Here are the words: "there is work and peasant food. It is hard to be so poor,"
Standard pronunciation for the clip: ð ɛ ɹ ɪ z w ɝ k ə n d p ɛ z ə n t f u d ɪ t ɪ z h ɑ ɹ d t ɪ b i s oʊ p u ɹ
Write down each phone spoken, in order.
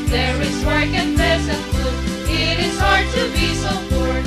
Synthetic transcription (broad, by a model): ð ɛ ɹ ɪ z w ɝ k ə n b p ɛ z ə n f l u ɪ t ɪ z h ɑ ɹ d t ɪ b i s oʊ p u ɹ